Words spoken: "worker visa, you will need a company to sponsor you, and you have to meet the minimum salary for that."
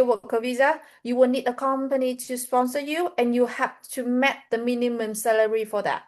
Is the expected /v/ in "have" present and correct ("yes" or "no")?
no